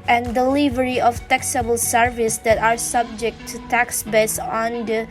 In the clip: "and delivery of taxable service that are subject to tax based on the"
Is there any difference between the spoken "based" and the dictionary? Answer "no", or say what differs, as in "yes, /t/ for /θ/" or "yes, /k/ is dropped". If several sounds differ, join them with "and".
yes, /t/ is dropped